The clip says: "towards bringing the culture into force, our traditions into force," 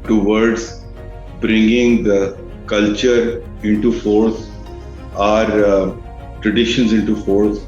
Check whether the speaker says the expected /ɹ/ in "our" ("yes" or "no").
yes